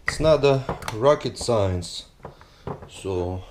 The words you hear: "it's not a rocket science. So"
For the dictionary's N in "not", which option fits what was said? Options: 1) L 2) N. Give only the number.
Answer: 2